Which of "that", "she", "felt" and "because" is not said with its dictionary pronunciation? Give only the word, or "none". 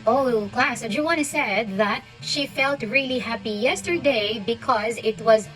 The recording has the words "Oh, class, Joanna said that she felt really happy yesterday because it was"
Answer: none